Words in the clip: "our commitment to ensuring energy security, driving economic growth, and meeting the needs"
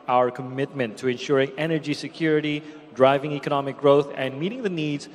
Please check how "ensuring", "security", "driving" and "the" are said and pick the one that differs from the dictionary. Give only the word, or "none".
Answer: none